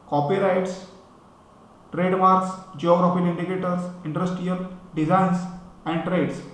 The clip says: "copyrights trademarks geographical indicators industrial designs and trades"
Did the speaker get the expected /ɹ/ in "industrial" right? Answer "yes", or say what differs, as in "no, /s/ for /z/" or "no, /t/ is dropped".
no, /ɹ/ is dropped